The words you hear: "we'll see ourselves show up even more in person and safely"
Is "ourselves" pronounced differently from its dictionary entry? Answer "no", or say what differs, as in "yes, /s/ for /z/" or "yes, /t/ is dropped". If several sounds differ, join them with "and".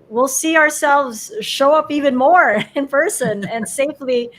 no